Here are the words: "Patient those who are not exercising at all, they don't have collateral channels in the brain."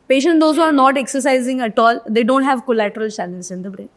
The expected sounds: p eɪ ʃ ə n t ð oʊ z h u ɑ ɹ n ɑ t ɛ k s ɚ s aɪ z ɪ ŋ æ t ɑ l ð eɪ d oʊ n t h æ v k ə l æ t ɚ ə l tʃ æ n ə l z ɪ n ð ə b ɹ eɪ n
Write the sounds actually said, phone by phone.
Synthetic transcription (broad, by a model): p eɪ ʃ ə n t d oʊ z h u ɑ ɹ n ɑ t ɛ k s ɚ s aɪ z ɪ ŋ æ t ɑ l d eɪ d oʊ n t h æ v k ə l æ t ɚ ə l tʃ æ l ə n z ɪ n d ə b ɹ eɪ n